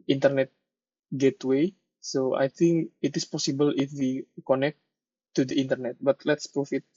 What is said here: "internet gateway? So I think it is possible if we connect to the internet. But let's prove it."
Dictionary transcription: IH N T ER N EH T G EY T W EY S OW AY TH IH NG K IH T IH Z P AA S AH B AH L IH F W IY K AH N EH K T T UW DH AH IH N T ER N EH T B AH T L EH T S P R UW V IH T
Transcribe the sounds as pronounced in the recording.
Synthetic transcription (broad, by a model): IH N T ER N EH T G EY T W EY S OW AY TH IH NG K IH T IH S P AA S AH B AH L IH F W IY K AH N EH K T T UW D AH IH N T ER N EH T B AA T L EH T S P R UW F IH T